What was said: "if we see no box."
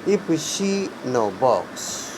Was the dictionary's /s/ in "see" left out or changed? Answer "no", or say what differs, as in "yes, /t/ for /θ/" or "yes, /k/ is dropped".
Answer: yes, /ʃ/ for /s/